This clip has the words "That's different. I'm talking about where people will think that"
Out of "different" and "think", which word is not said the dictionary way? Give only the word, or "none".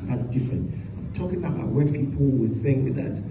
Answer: none